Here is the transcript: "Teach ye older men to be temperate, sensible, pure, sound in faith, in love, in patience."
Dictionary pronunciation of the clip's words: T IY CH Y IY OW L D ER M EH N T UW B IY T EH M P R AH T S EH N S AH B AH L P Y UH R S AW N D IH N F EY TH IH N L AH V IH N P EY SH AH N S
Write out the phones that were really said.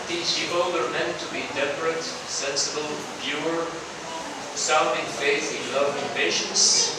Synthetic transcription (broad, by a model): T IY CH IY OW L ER M EH N T UW B IY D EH P R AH T S EH N S AH B AH L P Y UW R S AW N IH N F EY S IH N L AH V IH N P EY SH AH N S